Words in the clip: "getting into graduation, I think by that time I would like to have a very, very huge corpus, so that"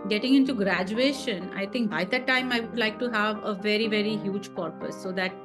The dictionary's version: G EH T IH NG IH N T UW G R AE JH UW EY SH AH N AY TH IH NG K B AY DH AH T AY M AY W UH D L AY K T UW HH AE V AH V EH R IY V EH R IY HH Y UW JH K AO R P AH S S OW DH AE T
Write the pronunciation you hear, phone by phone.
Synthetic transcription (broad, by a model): G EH T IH NG IH N T UW G R AE JH UW EY SH AH N AY T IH NG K B AY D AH T AY M AY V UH D L AY K T UW HH AE V AH V EH R IY V EH R IY HH Y UW JH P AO R P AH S S OW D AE T